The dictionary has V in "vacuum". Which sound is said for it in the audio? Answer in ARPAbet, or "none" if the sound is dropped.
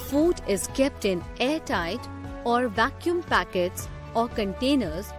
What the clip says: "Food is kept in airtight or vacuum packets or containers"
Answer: V